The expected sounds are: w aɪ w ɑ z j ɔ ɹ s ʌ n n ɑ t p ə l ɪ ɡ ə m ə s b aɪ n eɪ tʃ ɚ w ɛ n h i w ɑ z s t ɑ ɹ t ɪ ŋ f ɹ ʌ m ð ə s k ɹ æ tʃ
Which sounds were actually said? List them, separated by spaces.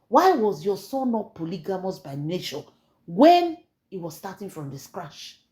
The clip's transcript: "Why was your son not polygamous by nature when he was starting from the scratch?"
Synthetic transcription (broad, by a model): w aɪ w ɑ z j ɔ s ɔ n n ɑ t p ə l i ɡ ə m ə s b aɪ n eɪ ʃ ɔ w ɛ n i w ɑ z s t ɑ t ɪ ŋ f ɹ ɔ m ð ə s k ɹ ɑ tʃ